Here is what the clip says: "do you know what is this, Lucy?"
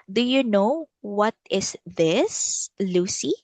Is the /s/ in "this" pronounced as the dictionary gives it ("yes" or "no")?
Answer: yes